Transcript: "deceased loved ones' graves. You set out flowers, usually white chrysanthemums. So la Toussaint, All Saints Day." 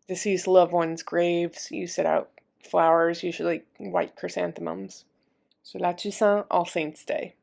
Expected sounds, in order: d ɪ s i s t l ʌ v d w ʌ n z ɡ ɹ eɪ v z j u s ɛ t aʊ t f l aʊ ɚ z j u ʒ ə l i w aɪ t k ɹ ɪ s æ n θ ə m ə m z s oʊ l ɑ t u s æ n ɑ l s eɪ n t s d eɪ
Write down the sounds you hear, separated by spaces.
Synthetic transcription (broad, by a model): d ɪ s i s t l ʌ v w ʌ n z ɡ ɹ eɪ v z j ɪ s ɛ t aʊ t f l aʊ ɚ z j u ʒ l i w aɪ t k ɹ ɪ s æ n θ ə m ə m z s oʊ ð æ t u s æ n ɑ l s eɪ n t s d eɪ